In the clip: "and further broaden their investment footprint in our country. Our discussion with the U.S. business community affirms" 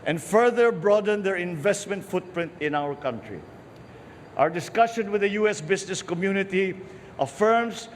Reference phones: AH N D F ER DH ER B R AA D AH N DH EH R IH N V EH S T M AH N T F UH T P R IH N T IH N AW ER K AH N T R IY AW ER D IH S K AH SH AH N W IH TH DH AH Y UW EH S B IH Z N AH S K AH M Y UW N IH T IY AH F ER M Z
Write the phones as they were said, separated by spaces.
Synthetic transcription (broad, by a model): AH N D F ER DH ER B R AA D AH N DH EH R IH N V EH S T M AH N T F UH T P R IH N T IH N AW ER K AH N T R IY AW ER D IH S K AH SH AH N W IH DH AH Y UW EH S B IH S N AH S K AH M Y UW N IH T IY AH F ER M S